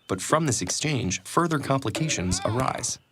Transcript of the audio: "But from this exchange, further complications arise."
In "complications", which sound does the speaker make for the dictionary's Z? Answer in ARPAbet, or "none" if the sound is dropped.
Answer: Z